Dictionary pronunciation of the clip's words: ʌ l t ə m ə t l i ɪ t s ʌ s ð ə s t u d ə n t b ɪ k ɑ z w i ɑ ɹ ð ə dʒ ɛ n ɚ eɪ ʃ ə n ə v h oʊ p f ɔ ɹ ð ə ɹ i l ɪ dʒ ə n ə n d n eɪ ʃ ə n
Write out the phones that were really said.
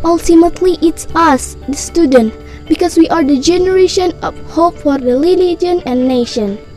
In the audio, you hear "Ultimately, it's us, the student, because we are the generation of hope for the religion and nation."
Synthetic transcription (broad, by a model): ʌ l t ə m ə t l i ɪ t s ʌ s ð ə s t u d ə n t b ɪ k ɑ s w i ɑ ɹ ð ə dʒ ɛ n ɚ eɪ ʃ ə n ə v h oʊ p f ɔ ɹ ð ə l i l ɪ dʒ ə n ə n n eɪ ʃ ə n